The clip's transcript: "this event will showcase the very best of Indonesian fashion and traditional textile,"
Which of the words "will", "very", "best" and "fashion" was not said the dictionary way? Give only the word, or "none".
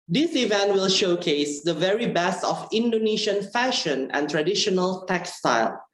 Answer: none